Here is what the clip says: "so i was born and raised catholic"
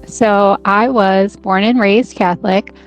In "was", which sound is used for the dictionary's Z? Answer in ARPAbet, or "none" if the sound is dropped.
Z